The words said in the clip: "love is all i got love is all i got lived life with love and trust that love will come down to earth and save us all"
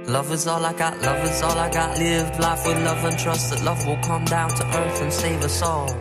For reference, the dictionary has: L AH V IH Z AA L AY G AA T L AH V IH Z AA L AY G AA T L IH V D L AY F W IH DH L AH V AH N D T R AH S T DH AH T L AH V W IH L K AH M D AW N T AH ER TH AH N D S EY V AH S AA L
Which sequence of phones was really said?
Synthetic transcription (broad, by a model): L AH V IH Z AA L AY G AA T L AH V IH Z AA L AY G AA T L IH V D L AY F W IH DH L AH V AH N T R AH S T DH AH T L AH V W IH L K AH M D AW N T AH ER TH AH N S EY V AH S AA L